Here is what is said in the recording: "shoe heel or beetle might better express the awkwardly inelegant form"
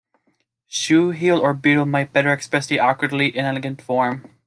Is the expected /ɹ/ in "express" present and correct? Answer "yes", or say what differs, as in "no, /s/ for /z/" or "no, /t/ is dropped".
no, /ɹ/ is dropped